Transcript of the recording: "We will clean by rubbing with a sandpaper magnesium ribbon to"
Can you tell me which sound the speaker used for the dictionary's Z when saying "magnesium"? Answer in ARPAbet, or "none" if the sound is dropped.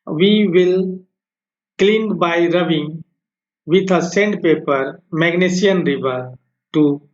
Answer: S